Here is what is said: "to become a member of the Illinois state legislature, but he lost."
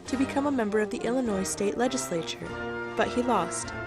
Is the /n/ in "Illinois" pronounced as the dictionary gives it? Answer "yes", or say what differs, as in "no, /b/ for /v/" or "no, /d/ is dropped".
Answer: yes